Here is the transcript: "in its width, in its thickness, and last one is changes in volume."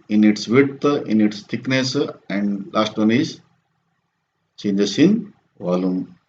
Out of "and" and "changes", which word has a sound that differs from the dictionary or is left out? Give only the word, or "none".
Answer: changes